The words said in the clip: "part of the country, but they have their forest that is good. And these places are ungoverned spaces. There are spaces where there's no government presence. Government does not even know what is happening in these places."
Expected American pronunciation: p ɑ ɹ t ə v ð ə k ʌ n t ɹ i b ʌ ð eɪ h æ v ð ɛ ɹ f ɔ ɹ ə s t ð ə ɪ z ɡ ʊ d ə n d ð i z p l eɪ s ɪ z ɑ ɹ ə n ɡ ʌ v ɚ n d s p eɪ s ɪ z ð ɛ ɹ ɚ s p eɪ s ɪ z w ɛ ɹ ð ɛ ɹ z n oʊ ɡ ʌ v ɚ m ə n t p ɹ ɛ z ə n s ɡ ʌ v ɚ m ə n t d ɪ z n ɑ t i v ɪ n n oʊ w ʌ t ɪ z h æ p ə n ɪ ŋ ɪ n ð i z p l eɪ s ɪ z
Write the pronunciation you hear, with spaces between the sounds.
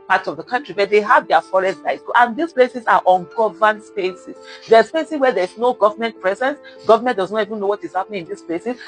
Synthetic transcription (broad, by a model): p ɑ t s ə v ð ə k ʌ n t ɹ i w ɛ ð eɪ h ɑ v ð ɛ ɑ f ɔ ɹ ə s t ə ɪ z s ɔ ə n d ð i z p l eɪ s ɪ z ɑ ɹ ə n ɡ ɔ v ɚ n s p eɪ s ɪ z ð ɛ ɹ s p eɪ s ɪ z w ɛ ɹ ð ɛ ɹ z n oʊ ɡ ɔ v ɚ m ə n t p ɹ ɛ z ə n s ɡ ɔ v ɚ m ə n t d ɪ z n ɑ t i v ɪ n n oʊ w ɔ t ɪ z h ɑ p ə n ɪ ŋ ɪ n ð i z p l eɪ s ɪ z